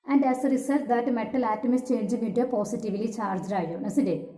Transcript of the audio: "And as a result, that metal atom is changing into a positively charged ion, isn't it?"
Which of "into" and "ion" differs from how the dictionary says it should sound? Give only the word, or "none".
into